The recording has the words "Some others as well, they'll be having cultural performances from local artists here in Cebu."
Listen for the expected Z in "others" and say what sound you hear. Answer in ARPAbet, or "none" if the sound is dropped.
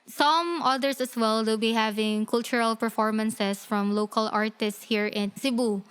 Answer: S